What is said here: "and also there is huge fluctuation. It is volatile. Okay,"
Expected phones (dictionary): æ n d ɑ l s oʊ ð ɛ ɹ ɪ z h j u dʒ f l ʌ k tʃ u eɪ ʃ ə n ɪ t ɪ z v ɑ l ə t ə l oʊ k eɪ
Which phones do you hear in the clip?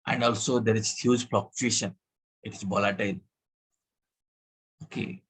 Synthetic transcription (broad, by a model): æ n d ɑ l s oʊ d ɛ ɹ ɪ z h j u dʒ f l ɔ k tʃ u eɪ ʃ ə n ɪ t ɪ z b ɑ l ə t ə l oʊ k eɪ